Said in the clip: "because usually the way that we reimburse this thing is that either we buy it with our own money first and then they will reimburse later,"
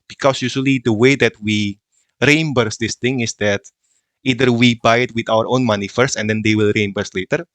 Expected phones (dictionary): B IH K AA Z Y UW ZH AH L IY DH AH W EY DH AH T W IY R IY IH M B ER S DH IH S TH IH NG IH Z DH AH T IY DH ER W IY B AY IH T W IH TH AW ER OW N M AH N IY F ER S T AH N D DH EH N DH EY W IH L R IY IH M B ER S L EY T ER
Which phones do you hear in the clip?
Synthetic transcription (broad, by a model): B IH K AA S Y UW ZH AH L IY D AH W EY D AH T W IY R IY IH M B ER S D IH S T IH NG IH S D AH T IY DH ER W IY B AY IH T W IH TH AW ER OW N M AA N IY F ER S AH N D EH N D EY W IH L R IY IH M B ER S L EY T ER